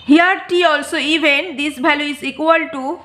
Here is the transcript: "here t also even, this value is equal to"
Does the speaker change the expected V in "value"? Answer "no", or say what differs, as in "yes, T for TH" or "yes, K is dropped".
yes, B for V